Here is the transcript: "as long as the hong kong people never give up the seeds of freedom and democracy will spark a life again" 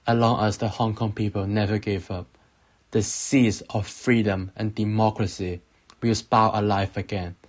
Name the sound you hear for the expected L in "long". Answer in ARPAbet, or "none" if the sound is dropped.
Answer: L